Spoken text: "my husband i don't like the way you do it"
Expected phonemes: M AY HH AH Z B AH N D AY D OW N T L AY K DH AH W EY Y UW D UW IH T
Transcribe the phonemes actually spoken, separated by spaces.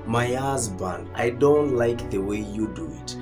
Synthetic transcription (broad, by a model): M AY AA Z B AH N AY D OW N T L AY K DH AH W EY Y UW D UW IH T